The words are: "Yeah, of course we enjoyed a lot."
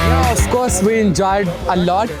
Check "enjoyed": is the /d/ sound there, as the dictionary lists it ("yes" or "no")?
yes